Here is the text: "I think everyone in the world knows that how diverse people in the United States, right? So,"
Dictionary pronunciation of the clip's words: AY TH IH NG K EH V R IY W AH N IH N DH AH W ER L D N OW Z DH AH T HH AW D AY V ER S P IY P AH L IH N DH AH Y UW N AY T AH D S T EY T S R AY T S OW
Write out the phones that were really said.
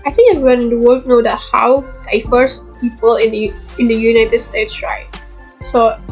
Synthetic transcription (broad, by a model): AY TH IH NG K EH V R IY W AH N IH N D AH W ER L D N OW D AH T HH AW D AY F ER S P IY P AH L IH N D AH Y UW N AY T AH D S T EY T S R AY T S OW